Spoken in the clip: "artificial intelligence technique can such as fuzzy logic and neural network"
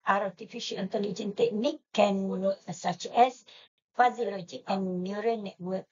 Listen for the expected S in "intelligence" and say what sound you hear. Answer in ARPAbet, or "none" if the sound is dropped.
none